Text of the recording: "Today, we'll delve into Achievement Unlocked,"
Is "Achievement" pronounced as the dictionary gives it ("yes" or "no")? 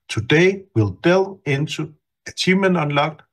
no